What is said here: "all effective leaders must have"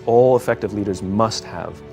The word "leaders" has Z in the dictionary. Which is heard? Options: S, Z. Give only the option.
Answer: Z